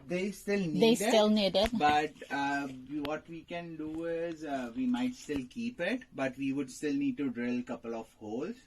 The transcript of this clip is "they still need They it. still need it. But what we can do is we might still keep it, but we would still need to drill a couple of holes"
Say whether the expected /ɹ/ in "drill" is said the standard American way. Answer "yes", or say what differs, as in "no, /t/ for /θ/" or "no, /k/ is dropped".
yes